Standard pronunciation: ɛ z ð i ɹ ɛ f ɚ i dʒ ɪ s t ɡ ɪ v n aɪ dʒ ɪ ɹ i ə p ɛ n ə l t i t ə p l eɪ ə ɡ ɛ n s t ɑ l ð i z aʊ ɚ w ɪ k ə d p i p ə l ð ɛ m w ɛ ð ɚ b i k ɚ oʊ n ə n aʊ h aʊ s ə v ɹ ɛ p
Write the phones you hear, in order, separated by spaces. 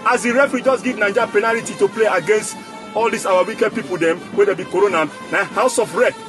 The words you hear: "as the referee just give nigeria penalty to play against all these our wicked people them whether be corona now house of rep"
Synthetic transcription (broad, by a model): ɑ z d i ɹ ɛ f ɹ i dʒ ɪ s ɡ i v n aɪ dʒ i p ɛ n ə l t i t ə p l eɪ ə ɡ ɛ n s t ɑ l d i s aʊ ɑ w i k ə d p i p ə l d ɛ m w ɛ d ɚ b i k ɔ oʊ n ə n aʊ h aʊ s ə f ɹ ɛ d